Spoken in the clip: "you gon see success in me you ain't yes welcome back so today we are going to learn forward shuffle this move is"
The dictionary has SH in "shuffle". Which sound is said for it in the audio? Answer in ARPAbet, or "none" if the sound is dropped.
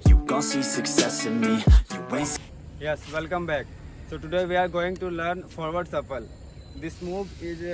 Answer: S